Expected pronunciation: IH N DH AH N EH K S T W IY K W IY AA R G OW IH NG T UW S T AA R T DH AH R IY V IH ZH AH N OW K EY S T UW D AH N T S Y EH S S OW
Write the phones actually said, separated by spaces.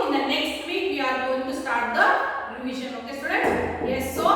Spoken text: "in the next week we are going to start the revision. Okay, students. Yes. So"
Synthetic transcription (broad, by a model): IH N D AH N EH K S T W IY K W IY AA R G OW IH NG T UW S T AA R T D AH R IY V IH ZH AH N OW K EY S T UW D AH T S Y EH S S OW